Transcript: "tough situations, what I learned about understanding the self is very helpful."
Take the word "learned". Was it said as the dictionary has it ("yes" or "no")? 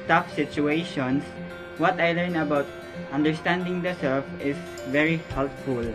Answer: no